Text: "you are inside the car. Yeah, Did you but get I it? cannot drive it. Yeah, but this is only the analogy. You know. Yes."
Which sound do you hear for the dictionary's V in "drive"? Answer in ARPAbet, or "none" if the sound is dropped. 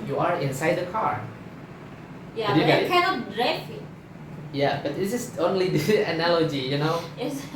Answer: F